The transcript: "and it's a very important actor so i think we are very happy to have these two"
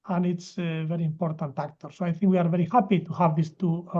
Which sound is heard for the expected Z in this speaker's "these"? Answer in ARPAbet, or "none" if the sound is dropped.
S